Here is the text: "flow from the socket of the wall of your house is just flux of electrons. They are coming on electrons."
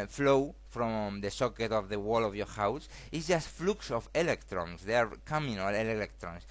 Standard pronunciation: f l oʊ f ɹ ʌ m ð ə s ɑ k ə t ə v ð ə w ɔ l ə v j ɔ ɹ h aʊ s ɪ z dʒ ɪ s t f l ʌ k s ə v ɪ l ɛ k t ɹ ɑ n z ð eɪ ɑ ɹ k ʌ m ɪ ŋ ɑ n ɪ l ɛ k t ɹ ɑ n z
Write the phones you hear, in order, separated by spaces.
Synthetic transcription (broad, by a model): f l oʊ f ɹ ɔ m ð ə s ɑ k ə t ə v ð ə w ɔ l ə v j ɔ ɹ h aʊ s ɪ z dʒ ɪ s t f l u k s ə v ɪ l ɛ k t ɹ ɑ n s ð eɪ ɑ ɹ k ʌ m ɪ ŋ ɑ l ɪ l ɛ k t ɹ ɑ n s